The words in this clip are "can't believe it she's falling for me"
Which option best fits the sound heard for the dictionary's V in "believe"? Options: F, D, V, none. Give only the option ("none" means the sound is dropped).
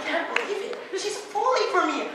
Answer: none